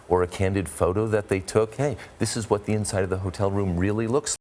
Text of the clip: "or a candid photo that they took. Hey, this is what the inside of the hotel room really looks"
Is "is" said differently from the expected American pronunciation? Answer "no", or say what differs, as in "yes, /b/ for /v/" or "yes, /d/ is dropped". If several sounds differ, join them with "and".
no